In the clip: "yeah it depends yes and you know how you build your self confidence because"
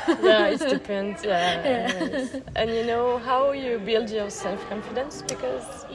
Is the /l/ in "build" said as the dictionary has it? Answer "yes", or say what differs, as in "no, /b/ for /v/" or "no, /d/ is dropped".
yes